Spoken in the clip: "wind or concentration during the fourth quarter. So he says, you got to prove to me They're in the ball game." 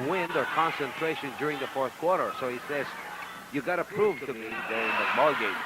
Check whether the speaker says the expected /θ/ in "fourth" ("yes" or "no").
yes